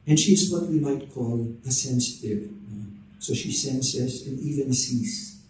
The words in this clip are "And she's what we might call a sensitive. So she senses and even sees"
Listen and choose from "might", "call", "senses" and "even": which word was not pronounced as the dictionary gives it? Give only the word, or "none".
senses